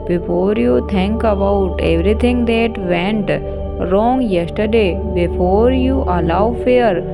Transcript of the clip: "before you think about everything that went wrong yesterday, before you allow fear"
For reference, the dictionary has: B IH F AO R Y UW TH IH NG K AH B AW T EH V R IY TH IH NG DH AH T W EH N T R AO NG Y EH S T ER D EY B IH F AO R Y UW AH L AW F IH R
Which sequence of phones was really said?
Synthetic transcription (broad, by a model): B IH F AO R Y UW T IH NG K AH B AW T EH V R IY T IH NG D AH T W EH N T R AO NG Y EH S T ER D EY B IH F AO R Y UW AH L AW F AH R